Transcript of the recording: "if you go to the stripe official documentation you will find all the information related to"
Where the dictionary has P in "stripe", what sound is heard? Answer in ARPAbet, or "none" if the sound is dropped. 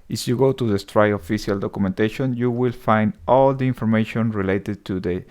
none